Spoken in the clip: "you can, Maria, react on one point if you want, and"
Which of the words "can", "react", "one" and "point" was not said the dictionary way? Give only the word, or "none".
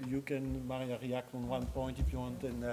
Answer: none